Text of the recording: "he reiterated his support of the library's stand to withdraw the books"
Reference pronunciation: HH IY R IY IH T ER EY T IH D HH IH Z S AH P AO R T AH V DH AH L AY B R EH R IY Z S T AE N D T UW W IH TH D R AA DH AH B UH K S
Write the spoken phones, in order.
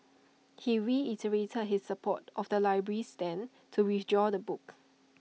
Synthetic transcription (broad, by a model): HH IY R IY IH T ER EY T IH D HH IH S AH P AO T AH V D AH L AY B R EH R IY S T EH N T UW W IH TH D R AA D AH B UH K